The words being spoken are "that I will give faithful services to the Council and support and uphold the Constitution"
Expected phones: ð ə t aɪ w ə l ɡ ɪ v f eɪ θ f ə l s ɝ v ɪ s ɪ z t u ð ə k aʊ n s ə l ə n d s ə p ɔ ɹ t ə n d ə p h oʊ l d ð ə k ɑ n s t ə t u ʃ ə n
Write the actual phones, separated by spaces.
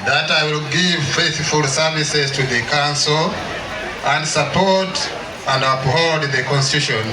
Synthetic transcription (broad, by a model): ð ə t aɪ w ə l ɡ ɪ v f eɪ θ f ə l s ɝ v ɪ s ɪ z t u ð ə k aʊ n s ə l ə n d s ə p ɔ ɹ t ə n d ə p h oʊ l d ð ə k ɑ n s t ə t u ʃ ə n